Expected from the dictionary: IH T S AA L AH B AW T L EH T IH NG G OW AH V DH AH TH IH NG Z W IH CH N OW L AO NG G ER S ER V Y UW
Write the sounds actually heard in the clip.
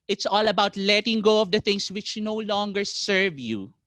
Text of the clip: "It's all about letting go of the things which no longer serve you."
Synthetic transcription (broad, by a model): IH T S AA L AH B AW T L EH T IH NG G OW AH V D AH T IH NG S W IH CH N OW L AO NG G ER S ER V Y UW